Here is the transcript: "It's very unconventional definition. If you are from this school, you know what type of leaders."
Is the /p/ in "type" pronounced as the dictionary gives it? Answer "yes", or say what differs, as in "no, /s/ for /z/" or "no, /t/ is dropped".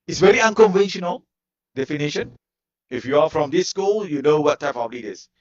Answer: yes